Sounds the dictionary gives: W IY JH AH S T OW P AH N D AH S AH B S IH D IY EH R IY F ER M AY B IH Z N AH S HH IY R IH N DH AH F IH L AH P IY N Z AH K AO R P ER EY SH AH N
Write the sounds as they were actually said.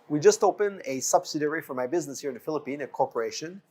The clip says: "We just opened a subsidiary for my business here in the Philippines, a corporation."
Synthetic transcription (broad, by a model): W IY JH AH S T OW P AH N AH S AH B S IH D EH R IY F ER M AY B IH Z N AH S HH IY R IH N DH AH F IH L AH P IY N AH K AO R P ER EY SH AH N